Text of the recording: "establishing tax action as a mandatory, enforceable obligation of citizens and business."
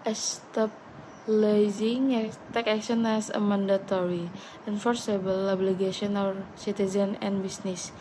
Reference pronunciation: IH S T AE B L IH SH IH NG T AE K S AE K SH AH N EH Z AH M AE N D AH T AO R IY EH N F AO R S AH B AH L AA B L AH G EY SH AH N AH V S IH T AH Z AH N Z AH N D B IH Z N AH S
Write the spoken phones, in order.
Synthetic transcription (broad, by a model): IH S T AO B L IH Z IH NG T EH K AE K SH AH N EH S AH M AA N D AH T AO R IY EH N F AO R S AH B AH L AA B L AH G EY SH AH N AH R S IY T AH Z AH N AH N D B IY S N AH S